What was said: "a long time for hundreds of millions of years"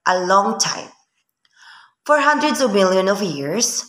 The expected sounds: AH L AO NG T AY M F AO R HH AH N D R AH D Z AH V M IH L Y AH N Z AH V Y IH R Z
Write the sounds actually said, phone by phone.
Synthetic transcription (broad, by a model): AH L AO NG T AY M F AO R HH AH N D R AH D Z AH V M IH L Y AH N AH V Y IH R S